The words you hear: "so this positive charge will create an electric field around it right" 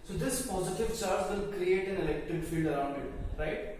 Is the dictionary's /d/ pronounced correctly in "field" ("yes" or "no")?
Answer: yes